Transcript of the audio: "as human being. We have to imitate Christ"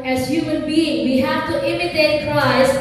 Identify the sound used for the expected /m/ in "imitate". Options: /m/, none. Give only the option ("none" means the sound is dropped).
/m/